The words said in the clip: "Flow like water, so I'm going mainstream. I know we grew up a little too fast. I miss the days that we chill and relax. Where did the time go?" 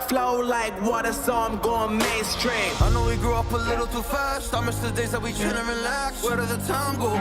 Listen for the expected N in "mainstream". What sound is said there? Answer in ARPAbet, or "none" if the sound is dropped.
none